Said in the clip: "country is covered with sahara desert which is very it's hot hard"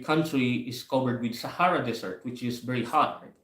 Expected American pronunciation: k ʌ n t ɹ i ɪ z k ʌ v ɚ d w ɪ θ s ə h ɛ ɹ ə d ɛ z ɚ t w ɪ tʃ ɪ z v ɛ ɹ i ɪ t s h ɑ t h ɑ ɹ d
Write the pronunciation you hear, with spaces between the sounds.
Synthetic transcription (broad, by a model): k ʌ n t ɹ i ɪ s k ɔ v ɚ d w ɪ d s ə h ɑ ɹ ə d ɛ s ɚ t w ɪ tʃ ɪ s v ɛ ɹ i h h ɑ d